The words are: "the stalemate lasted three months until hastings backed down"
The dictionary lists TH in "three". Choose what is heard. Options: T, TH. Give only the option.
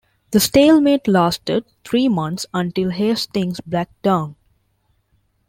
T